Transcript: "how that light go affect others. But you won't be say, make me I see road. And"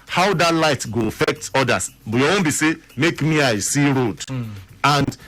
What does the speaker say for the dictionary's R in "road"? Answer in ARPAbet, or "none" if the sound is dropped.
R